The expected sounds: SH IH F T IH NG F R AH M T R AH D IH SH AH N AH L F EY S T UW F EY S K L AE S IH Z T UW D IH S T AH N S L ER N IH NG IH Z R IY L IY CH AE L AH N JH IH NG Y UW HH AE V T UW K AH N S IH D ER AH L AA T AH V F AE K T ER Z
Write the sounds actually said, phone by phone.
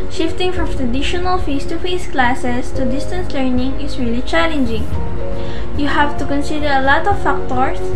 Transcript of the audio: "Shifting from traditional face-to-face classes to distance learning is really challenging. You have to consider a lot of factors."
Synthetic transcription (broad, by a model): SH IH F T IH NG F R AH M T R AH D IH SH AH N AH L F EY S T UW F EY S K L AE S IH S T UW D IH S T AH N S L ER N IH NG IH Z R IY L IY CH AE L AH N JH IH NG Y UW HH AE V T UW K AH N S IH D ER AH L AA T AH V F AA K T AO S